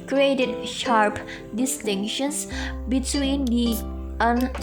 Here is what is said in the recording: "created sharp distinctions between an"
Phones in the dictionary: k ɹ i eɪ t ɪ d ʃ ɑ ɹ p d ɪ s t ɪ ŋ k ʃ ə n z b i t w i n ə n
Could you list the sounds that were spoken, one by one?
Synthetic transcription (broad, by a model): k ɹ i eɪ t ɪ d ʃ ɑ ɹ p d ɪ s t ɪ ŋ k ʃ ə n s b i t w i n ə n